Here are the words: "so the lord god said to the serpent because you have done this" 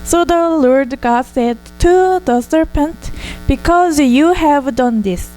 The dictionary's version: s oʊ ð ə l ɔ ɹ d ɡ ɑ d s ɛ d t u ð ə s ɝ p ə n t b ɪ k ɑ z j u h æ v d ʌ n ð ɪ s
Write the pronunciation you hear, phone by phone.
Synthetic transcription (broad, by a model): s oʊ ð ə l ɔ ɹ d ɡ ɑ d s ɛ d t u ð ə s ɝ p ə n t b ɪ k ɑ z j u h æ v d ʌ n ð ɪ s